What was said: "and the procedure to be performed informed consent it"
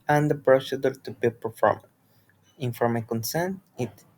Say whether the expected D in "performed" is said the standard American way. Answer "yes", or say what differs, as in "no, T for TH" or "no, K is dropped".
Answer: no, D is dropped